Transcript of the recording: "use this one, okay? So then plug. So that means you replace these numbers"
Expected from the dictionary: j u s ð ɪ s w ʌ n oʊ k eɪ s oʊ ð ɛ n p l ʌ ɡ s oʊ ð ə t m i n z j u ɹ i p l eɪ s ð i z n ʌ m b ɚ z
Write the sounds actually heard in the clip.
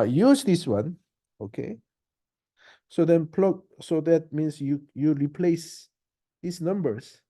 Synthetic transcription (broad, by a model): j u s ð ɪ s w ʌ n oʊ k eɪ s oʊ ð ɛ n p l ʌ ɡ s oʊ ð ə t m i n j j u ɹ i p l eɪ s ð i s n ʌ m b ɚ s